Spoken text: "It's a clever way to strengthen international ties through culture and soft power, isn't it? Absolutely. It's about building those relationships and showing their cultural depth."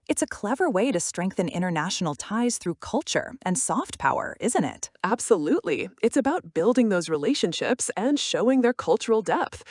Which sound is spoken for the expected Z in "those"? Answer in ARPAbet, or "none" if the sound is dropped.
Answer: Z